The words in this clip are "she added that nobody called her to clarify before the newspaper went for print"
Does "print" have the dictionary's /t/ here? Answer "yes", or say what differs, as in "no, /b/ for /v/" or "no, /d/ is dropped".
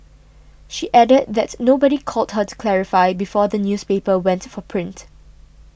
yes